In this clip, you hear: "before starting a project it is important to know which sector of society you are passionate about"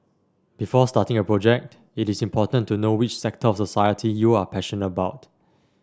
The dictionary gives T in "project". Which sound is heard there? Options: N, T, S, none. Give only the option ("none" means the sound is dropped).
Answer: T